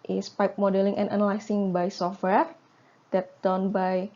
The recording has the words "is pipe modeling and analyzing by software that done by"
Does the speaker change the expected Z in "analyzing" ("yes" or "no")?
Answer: yes